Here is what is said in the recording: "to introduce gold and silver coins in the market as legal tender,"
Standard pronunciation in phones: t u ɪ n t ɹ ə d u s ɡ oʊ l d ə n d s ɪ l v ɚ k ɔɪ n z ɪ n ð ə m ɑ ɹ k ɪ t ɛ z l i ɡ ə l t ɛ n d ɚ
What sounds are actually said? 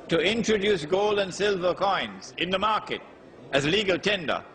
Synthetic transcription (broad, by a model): t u ɪ n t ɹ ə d u s ɡ oʊ l d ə n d s ɪ l v ɚ k ɔɪ n z ɪ n ð ə m ɑ ɹ k ɪ t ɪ z l i ɡ ə l t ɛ n d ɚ